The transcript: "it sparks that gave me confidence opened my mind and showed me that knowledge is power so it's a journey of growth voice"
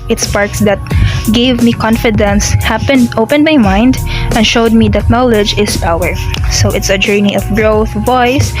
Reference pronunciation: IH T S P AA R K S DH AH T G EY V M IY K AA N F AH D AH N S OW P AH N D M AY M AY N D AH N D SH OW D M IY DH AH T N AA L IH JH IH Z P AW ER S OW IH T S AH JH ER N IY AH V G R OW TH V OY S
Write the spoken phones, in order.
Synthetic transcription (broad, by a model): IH T S P AA R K S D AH T G EY V M IY K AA N F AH D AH N S OW P AH N D M AY M AY N D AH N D SH OW D M IY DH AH T N AA L IH JH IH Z P AW ER S OW IH T S AH JH ER N IY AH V G R OW TH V OY S